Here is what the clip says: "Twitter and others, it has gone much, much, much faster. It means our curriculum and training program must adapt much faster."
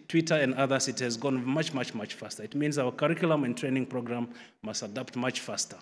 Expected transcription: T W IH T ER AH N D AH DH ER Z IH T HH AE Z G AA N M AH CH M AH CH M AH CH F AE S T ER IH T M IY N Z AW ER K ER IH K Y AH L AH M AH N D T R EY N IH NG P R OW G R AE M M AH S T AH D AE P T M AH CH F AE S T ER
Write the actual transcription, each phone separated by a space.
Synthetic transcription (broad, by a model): T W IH T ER AH N D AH DH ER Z IH T HH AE Z G AA N M AH CH M AH CH M AH CH F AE S T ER IH T M IY N Z AW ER K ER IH K Y L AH M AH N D T R EY N IH NG P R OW G R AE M M AH S T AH D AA P T M AH CH F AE S T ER